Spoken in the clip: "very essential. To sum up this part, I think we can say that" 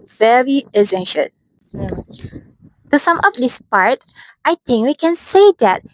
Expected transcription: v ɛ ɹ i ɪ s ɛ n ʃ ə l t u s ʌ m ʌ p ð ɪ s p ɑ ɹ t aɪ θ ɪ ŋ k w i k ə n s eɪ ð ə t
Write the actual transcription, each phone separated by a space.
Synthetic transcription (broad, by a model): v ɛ ɹ i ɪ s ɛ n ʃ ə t t u s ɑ m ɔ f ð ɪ s p ɑ ɹ t aɪ t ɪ ŋ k w i k ə n s eɪ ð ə t